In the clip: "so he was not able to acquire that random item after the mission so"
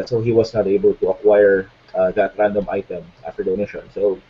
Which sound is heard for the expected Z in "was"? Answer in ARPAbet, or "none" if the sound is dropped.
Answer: S